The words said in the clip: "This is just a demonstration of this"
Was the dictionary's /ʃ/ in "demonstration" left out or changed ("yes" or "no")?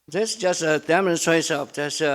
yes